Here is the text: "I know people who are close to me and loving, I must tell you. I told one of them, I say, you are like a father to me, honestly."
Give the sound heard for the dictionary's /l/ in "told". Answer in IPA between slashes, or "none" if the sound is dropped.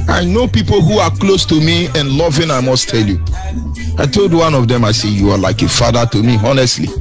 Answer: /l/